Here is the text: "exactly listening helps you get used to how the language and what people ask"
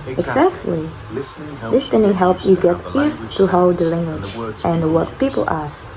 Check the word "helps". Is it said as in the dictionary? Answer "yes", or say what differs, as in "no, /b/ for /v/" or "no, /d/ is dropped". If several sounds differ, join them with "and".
no, /s/ is dropped